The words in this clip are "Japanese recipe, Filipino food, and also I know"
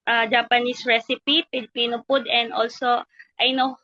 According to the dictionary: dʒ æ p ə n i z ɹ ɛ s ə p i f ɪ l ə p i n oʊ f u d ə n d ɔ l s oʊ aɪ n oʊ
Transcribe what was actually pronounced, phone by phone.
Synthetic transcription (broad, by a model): dʒ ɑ p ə n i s ɹ ɛ s ə p i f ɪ l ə p i n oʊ p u d ə n d ɔ l s oʊ aɪ n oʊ